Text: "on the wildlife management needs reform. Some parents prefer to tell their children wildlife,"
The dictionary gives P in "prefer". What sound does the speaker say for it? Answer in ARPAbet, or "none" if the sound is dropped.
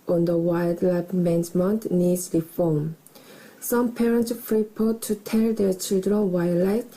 F